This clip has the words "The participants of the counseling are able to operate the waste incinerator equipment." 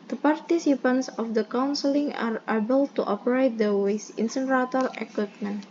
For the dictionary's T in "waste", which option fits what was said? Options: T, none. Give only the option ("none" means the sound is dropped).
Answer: none